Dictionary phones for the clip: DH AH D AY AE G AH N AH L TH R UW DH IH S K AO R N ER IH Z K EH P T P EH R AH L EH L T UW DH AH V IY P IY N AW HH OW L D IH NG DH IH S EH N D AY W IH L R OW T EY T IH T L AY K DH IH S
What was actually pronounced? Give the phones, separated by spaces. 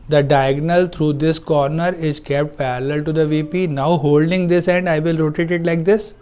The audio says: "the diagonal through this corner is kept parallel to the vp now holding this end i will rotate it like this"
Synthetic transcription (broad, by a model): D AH D AY G N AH L T R UW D IH S K AO R N ER IH Z K EH P T P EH R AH L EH L T UW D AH V IY P IY N AW HH OW L D IH NG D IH S EH N D AY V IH L R OW T EY T IH T L AY K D IH S